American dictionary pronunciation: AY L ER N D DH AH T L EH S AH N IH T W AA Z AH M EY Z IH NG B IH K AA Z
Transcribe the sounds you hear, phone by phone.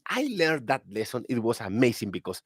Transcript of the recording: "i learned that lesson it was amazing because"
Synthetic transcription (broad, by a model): AY L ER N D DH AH T L EH S AH N IH T W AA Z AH M EY S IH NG B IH K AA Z